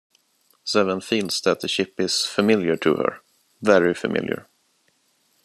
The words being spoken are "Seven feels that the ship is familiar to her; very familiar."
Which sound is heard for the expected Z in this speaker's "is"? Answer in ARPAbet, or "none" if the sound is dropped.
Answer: S